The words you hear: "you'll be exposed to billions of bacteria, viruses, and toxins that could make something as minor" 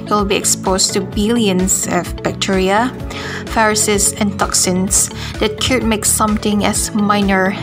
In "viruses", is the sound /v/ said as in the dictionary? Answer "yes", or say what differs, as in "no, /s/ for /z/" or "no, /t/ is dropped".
no, /f/ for /v/